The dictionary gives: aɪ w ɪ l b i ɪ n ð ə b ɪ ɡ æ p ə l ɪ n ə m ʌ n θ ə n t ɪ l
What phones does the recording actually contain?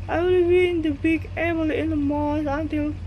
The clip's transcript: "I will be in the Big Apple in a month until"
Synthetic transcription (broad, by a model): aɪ w ɪ l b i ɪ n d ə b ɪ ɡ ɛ b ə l ɪ n ə m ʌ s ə n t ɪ l